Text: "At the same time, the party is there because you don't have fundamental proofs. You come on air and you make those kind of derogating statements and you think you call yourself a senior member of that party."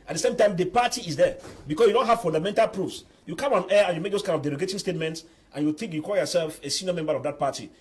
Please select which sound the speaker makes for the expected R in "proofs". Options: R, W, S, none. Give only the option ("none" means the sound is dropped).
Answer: R